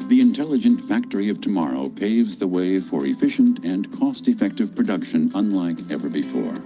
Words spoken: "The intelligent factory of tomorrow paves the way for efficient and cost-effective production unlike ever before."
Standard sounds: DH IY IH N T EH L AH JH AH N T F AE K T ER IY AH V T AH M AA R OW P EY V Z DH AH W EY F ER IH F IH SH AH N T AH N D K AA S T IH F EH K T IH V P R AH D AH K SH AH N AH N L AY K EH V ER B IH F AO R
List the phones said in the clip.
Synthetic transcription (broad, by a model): DH IY IH N T EH L AH JH AH N T F AE K T ER IY AH V T AH M AA R OW P EY V Z DH AH W EY F ER IH F IH SH AH N T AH N K AA S T IH F EH K T IH V P R AH D AH K SH AH N AH N L AY K EH V ER B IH F AO R